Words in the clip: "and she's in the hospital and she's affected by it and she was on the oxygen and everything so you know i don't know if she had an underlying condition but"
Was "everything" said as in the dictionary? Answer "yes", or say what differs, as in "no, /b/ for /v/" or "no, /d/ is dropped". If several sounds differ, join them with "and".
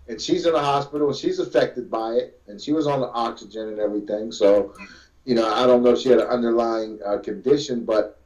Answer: yes